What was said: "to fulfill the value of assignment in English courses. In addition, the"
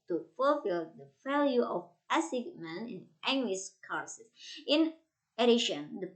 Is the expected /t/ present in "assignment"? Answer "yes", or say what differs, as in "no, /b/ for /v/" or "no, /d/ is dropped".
no, /t/ is dropped